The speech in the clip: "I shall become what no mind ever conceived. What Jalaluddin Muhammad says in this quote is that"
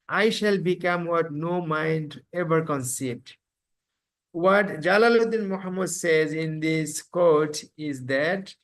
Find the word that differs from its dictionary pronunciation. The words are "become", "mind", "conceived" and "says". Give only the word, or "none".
conceived